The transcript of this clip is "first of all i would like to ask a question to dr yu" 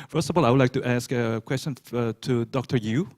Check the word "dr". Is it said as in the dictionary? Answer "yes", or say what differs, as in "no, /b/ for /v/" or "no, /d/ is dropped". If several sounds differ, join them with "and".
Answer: yes